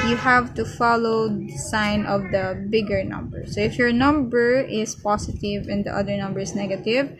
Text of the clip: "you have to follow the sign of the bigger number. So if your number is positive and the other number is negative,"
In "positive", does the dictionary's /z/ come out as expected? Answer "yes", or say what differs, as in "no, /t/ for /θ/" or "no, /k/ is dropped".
no, /s/ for /z/